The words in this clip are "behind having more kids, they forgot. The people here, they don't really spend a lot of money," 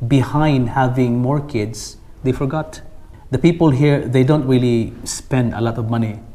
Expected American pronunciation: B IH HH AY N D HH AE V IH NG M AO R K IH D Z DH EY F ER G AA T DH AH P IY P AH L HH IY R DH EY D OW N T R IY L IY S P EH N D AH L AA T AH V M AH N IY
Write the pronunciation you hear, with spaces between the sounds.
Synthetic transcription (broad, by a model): B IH HH AY N D HH AE V IH NG M AO R K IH D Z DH EY F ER G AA T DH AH P IY P AH L HH IY R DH EY D OW N T R IY L IY S P EH N D AH L AA T AH V M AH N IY